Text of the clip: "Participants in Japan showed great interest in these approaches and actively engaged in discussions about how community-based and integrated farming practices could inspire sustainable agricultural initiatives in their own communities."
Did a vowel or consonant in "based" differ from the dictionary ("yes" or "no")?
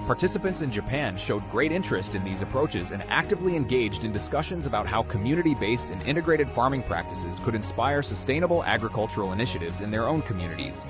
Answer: no